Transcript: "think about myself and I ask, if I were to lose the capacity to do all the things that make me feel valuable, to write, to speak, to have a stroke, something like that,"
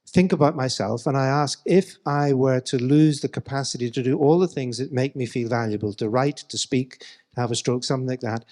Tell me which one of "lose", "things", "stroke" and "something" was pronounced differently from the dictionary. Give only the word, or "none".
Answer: none